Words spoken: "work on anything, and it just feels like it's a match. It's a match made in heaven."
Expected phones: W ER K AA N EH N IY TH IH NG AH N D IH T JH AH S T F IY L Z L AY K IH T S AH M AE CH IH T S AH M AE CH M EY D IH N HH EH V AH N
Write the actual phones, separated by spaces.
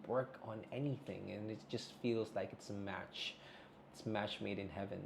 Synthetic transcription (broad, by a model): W ER K N EH N IY TH IH NG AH N IH T JH AH S T F IY L Z L AY K IH T S AH M AE CH IH T S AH M AE CH M EY D IH N HH EH V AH N